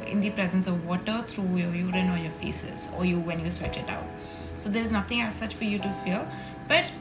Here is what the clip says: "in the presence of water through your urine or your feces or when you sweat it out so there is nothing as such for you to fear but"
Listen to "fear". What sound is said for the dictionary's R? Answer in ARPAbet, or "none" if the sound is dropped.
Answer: L